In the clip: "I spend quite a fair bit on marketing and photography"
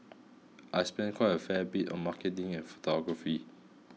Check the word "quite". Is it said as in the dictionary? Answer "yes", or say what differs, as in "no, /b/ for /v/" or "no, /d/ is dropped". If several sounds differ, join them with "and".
no, /t/ is dropped